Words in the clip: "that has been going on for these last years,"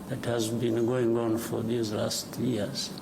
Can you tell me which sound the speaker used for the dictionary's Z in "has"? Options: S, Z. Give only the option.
Z